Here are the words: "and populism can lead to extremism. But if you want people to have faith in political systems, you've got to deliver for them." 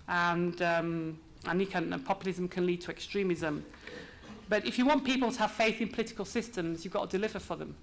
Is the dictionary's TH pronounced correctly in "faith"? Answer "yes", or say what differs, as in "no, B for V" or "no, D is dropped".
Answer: yes